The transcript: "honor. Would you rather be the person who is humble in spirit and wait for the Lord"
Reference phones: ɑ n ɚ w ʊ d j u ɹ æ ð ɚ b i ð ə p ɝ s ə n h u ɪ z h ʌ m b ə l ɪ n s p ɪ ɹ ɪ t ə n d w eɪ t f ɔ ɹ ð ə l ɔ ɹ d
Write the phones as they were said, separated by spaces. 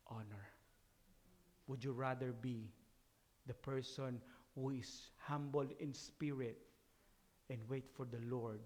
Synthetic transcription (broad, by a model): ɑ n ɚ w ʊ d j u ɹ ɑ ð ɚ b i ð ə p ɝ s ə n h u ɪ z h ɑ m b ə l ɪ n s p ɪ ɹ ɪ t ə n d w eɪ t f ɔ ɹ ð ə l ɔ ɹ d